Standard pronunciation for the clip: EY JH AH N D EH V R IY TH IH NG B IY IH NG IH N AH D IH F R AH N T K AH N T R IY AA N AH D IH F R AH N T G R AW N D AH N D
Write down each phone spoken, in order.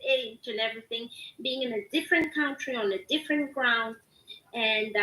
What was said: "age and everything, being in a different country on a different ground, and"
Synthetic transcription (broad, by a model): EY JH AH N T EH V R IY TH IH NG B IY IH NG IH N AH D IH F R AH N K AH N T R IY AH N AH D IH F R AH N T G R AW N D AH N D